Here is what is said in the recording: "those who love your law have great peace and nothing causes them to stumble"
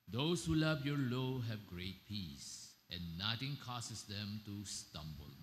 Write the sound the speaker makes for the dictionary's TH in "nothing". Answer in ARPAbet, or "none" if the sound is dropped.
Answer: T